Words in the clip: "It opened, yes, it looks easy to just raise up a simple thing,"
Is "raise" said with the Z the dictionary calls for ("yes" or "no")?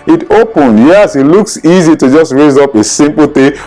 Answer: yes